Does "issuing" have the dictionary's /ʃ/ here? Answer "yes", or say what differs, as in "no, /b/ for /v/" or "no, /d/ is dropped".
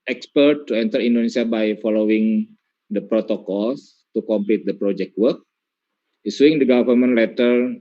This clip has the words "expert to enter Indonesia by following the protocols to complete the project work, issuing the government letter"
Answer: no, /s/ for /ʃ/